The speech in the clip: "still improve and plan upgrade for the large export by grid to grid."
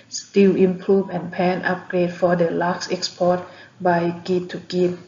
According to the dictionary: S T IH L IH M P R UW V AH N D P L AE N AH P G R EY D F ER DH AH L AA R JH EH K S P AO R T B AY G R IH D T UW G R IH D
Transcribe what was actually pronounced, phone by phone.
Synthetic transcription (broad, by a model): S T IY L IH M P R UW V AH N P AE N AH P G R EY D F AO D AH L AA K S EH K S P AO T B AY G IY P T UW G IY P